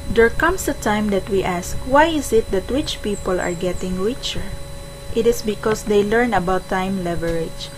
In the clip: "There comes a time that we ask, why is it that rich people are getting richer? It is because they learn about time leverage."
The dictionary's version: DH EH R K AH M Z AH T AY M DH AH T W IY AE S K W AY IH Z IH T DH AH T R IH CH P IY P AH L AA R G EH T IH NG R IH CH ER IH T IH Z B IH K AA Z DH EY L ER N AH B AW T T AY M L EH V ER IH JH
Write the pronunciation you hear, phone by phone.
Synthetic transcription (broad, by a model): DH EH R K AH M S AH T AY M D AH T W IY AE S K W AY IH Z IH T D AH T W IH CH P IY P AH L AA R G EH T IH NG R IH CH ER IH T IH S B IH K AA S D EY L ER N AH B AW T T AY M L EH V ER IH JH